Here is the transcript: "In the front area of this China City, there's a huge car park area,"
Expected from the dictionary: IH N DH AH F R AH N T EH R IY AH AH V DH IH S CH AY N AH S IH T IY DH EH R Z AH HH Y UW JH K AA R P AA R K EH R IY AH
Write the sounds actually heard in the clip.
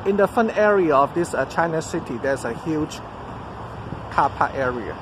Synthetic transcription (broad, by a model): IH N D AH F AH N EH R IY AH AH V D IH S CH AY N AH S IH T IY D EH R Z AH HH Y UW JH K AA P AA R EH R IY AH